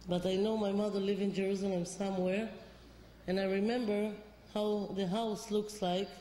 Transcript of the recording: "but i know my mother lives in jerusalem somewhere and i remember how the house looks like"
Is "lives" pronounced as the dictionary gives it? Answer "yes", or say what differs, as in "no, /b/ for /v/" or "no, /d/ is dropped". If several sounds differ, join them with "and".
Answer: no, /z/ is dropped